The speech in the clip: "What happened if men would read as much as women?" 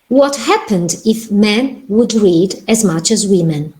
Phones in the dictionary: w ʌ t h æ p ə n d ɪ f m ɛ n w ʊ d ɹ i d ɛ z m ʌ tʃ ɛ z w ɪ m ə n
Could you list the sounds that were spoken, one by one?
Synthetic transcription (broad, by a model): w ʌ t h æ p ə n d ɪ f m ɛ n w ʊ d ɹ i d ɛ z m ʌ tʃ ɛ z w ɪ m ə n